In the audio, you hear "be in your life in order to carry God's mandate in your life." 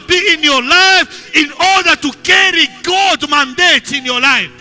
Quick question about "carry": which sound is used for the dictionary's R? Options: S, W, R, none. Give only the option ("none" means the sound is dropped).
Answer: R